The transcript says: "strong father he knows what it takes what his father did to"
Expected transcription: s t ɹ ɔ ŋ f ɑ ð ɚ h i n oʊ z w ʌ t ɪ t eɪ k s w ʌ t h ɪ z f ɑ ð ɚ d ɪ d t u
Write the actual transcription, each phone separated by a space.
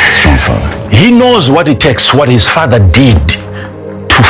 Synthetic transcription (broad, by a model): s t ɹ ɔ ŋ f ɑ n h i n oʊ z w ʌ t ɪ t eɪ k s w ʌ t h ɪ z f ɑ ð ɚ d ɪ d t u